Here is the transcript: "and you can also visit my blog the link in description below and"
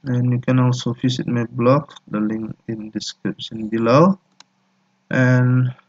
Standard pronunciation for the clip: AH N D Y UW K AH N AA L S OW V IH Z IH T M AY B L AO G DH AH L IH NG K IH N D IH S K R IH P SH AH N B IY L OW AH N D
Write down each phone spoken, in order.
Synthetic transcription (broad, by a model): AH N Y UW K AH N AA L S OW F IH S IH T M AY B L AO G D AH L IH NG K IH N D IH S K R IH P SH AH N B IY L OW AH N